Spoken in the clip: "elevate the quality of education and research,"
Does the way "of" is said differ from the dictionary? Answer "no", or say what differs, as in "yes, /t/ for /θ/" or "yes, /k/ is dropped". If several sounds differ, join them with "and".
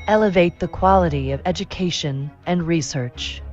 no